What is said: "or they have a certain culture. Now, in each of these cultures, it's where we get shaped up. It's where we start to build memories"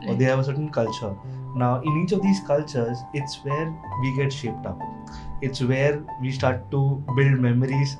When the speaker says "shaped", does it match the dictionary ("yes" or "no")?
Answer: yes